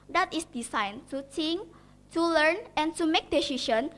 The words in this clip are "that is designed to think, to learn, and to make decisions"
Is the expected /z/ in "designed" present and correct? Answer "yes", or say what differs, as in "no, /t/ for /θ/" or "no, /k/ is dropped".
no, /s/ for /z/